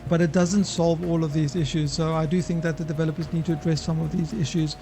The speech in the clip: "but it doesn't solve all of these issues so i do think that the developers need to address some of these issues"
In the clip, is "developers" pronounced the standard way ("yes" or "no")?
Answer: yes